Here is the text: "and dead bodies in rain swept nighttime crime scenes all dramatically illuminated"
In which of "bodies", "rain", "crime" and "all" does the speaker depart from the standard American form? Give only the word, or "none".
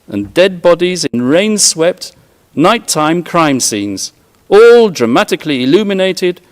none